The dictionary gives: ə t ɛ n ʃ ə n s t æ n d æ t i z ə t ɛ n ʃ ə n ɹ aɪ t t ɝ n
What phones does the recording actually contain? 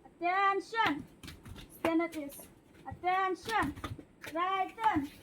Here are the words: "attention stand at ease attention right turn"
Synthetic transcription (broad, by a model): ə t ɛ n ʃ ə n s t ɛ n ʌ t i s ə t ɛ n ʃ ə n ɹ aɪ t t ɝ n